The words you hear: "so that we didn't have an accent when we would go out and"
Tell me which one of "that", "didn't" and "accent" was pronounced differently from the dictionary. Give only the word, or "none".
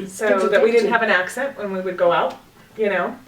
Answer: none